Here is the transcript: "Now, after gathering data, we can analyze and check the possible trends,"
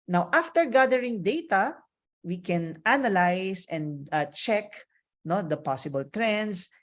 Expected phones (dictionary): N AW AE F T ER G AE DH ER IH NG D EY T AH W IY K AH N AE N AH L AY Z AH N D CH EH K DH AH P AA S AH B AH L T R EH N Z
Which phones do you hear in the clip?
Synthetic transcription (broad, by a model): N AW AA F T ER G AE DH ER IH NG D EY T AH W IY K AH N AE N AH L AY S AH N D CH EH K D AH P AA S AH B AH L T R EH N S